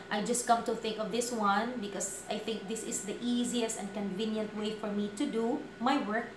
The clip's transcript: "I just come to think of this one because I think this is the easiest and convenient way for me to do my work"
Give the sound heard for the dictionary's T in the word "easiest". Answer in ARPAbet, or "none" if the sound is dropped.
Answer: T